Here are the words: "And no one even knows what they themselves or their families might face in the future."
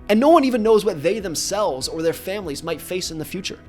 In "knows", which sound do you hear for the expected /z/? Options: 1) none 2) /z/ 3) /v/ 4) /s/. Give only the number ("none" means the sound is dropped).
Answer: 2